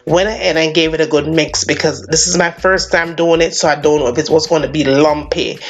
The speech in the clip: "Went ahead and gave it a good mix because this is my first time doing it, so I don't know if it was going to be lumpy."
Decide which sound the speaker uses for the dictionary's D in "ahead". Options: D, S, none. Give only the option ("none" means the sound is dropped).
none